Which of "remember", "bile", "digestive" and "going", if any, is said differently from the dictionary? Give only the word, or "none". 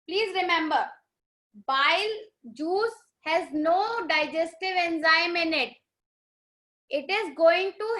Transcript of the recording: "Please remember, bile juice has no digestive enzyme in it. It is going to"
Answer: none